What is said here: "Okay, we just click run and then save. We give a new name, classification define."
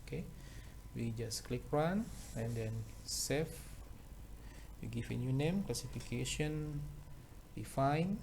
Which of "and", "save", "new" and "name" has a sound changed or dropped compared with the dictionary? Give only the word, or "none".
save